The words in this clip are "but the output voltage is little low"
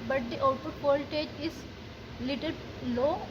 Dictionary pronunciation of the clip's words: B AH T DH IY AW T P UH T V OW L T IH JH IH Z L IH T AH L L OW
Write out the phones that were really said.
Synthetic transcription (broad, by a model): B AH T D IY T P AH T P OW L T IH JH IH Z L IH T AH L L OW